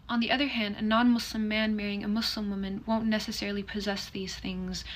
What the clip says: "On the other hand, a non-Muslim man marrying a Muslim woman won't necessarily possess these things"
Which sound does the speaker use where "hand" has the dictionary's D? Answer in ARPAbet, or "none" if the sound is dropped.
D